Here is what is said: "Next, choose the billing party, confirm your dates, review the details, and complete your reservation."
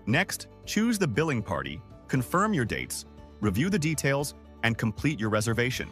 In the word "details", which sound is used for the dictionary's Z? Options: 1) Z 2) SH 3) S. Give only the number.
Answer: 1